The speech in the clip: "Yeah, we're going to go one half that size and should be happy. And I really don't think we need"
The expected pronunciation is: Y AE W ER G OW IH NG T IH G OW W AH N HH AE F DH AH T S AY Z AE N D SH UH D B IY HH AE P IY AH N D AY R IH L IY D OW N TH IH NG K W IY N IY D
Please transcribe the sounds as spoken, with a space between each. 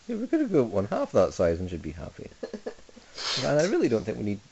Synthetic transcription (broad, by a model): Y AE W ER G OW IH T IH G OW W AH N HH AE F DH AH T S AY Z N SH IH D B IY HH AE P IY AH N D AY R IH L IY D OW N TH IH NG K W IY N IY D